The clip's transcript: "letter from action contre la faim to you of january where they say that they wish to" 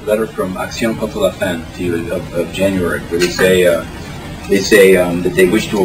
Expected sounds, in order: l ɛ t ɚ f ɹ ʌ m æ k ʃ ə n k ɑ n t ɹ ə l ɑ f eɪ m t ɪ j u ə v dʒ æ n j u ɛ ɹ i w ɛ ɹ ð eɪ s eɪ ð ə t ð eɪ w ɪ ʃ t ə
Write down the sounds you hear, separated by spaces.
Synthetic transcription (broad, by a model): l ɛ t ɚ f ɹ ʌ m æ k s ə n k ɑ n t ə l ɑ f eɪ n t ɪ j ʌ ə v dʒ æ n j u ɛ ɹ i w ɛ ɹ ð eɪ s eɪ ð ə t ð eɪ w ɪ ʃ t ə